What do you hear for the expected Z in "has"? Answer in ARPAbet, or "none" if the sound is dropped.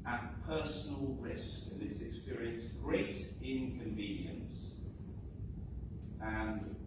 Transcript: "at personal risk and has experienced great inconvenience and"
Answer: S